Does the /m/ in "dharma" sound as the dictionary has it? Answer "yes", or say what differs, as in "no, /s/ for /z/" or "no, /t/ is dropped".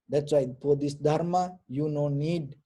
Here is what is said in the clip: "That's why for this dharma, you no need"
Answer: yes